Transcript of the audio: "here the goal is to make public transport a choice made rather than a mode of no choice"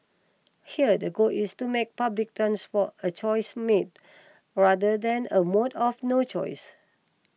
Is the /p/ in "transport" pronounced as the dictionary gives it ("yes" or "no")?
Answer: no